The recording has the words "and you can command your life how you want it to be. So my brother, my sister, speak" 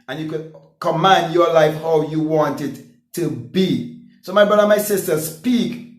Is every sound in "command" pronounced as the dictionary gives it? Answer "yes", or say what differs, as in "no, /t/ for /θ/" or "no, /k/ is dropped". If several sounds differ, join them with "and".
yes